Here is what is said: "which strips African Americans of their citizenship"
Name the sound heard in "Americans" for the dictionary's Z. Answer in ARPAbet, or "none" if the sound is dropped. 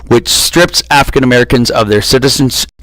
Z